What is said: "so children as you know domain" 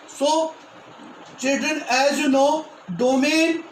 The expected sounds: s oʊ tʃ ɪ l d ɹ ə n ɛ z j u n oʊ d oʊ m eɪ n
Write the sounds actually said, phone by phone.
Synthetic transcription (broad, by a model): s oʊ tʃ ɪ d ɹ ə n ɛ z j u n oʊ d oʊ m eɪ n